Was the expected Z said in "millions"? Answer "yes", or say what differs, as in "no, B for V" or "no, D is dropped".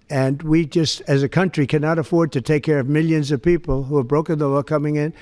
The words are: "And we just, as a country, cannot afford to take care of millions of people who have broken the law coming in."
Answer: yes